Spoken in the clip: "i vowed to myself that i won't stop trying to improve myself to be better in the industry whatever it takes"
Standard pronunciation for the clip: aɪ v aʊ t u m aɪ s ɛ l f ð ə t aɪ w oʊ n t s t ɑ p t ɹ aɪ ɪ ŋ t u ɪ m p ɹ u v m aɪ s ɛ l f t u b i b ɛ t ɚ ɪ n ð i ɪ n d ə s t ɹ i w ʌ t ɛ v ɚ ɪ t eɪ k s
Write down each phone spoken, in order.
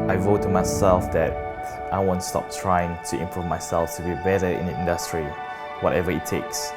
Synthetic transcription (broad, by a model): aɪ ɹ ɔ t u m aɪ s ɛ l f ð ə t aɪ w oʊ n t s t ɑ p t ɹ aɪ ɪ ŋ t u ɪ m p ɹ u v m aɪ s ɛ l f t u b i b ɛ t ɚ ɪ n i ɪ n d ə s t ɹ i w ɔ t ɛ v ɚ ɪ t eɪ k s